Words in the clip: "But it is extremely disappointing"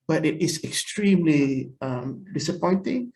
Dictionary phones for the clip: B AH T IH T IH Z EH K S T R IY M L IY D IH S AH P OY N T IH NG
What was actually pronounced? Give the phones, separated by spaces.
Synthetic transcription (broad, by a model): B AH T IH T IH S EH K S T R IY M L IY D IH S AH P OY N T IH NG